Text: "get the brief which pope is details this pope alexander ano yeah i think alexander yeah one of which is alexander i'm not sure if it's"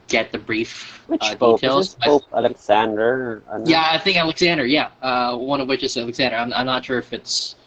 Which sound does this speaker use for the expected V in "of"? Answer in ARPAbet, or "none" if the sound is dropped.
V